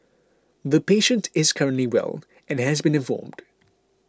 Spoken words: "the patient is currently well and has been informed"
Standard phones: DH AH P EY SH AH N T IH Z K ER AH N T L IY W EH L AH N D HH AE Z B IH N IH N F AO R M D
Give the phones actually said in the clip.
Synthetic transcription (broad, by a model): DH AH P EY SH AH N T IH Z K ER AH N T L IY W EH L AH N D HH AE Z B IH N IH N F AO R M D